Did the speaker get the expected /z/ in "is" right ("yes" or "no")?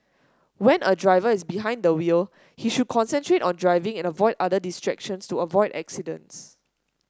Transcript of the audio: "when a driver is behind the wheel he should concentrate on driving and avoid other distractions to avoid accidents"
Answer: no